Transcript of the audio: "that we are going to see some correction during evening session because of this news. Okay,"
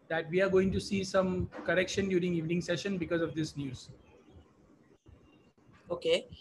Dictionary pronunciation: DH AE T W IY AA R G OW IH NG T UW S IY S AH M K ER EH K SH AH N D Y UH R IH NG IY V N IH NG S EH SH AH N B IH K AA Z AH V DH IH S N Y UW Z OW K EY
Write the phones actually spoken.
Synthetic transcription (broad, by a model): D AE T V IY AA R G OW IH NG T UW S IY S AH M K ER EH K SH AH N D Y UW R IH NG IY V N IH NG S EH SH AH N B IH K AA Z AH V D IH S N Y UW Z OW K EY